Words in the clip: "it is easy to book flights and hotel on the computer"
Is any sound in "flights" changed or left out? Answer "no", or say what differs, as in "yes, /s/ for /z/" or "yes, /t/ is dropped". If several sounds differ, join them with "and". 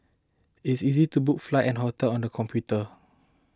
yes, /s/ is dropped